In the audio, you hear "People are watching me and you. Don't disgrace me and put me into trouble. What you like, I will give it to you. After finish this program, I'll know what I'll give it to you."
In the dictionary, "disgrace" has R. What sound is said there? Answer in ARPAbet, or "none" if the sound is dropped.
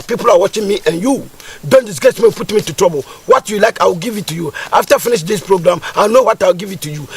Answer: none